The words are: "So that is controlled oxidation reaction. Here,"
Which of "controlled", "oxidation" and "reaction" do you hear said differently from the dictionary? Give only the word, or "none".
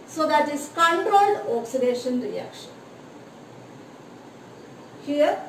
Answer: controlled